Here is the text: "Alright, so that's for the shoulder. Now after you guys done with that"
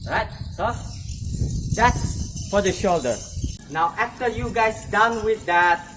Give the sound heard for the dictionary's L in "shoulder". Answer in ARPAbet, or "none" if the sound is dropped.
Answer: L